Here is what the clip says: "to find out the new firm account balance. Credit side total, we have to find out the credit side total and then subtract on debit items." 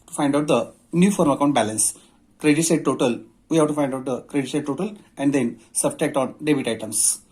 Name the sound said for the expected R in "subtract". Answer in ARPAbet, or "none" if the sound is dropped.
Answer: none